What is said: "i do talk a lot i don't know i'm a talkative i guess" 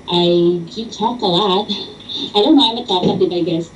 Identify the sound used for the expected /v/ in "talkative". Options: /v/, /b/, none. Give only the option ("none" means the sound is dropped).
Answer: /b/